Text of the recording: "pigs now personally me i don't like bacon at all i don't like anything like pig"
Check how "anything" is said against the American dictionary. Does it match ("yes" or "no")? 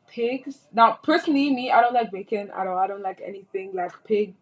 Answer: yes